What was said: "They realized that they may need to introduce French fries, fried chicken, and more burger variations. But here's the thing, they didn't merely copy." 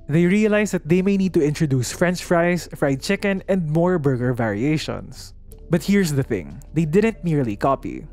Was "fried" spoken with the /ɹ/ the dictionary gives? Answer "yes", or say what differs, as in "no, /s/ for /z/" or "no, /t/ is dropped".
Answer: yes